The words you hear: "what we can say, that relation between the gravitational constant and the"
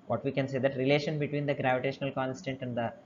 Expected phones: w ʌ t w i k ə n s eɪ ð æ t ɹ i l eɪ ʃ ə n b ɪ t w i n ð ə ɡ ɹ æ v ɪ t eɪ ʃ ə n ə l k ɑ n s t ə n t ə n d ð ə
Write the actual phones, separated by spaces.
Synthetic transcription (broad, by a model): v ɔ t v i k ə n s eɪ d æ t ɹ i l eɪ ʃ ə n b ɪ t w i n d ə ɡ ɹ æ v ɪ t eɪ ʃ ə n ə l k ɑ n s t ə n t ə n d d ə